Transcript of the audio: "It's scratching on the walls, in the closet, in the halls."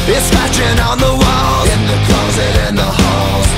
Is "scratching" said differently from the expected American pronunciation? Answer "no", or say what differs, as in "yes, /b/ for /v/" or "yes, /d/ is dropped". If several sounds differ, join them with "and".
yes, /ɹ/ is dropped